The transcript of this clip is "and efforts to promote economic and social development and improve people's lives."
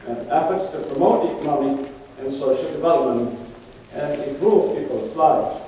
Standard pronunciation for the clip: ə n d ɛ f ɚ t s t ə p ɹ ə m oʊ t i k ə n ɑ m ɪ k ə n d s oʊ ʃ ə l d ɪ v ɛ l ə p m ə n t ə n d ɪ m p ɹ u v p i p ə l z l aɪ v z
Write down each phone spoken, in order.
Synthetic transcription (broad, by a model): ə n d ɛ f ɚ t s t ə p ɹ ə m oʊ t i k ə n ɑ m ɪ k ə n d s oʊ ʃ ə l d ɪ v ɛ l ə p m ə n t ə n ɪ m p ɹ u v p i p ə l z l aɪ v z